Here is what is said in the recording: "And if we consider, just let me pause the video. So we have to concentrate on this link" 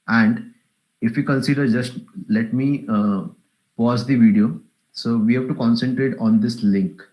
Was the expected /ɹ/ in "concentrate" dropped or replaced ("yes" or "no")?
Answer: no